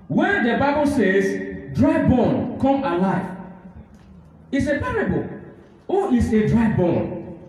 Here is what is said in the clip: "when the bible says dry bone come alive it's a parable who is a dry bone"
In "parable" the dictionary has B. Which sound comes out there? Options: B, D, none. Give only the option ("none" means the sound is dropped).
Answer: B